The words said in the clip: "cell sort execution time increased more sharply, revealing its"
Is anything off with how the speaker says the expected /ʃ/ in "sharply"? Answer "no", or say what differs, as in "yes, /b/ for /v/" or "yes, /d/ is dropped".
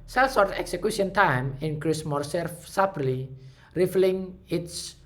yes, /s/ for /ʃ/